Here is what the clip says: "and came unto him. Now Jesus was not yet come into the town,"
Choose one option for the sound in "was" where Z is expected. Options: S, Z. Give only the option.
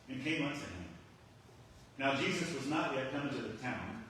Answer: Z